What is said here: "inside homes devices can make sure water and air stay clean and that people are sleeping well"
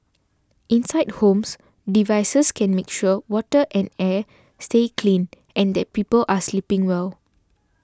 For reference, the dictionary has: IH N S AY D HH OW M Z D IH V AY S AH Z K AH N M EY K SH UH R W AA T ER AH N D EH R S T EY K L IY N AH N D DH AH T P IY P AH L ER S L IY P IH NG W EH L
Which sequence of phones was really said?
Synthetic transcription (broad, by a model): IH N S AY D HH OW M S D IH V AY S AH S K AH N M EY K SH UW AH W AA T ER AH N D EH S T EY K L IY N AH N D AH T P IY P AH L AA S L IY P IH NG W EH L